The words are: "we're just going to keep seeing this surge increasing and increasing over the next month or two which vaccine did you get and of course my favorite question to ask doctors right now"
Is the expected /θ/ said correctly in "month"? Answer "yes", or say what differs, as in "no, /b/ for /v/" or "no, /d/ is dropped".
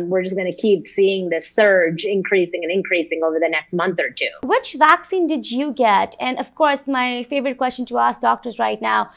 yes